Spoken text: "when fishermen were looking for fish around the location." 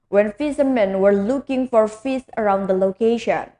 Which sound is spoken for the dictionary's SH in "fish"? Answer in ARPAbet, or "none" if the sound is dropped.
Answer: S